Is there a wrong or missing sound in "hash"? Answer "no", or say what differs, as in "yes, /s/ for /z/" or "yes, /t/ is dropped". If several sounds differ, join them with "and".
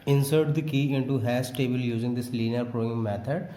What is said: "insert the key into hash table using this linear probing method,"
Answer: yes, /s/ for /ʃ/